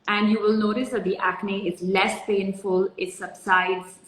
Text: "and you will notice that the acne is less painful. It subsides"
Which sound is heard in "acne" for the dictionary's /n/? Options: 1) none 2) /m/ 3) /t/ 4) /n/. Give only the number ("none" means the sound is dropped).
4